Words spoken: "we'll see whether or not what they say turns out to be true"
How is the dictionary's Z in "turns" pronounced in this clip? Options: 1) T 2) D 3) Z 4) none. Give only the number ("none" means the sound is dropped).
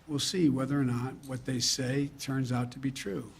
3